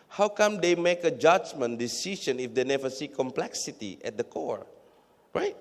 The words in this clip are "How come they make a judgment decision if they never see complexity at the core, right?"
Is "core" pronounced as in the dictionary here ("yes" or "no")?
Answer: yes